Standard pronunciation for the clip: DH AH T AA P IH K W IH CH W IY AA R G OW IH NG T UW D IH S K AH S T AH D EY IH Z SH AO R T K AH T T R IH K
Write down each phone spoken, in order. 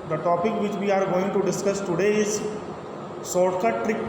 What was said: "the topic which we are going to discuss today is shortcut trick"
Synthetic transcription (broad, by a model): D AH T AA P IH K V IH CH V IY AA R G OW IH NG T UW D IH S K AH S T AH D EY IH Z S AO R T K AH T T R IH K